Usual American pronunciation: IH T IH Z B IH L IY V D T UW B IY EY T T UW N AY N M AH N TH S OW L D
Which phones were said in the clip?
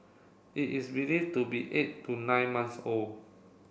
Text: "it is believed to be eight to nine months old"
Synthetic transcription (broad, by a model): IH T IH S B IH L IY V T UW B IY EY T T UW N AY N M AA N S OW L